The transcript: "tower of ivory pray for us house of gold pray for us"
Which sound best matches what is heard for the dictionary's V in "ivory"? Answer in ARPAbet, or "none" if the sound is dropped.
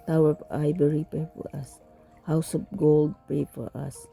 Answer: B